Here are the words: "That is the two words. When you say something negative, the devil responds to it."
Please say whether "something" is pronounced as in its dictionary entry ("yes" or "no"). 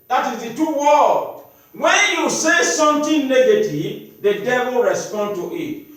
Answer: no